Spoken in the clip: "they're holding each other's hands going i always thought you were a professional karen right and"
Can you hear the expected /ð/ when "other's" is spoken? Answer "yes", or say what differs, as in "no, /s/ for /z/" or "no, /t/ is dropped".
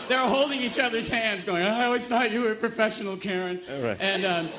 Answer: yes